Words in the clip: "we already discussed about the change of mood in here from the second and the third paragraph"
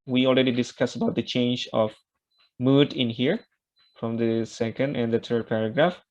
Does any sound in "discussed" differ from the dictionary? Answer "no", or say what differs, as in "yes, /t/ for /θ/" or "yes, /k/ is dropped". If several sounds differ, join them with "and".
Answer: yes, /t/ is dropped